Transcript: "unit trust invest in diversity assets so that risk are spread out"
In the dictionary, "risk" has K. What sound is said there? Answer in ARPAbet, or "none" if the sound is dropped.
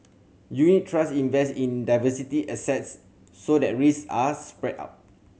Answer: none